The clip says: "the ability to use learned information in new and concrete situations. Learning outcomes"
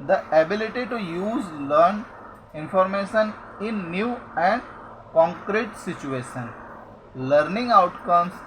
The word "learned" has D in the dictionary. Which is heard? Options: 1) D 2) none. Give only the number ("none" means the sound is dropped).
2